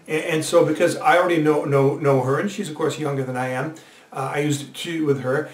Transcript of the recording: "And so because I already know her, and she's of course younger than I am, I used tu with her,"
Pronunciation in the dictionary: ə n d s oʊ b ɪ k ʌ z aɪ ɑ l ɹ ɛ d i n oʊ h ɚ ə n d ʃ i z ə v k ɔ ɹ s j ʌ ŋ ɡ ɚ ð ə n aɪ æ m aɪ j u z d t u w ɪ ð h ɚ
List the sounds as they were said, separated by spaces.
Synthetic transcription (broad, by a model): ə n s oʊ b ɪ k ʌ z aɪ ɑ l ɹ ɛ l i n oʊ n ɚ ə n ʃ i z ə v k ɔ ɹ s j ʌ ŋ ɡ ɚ ð ə n aɪ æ m aɪ j u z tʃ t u w ɪ ð ɚ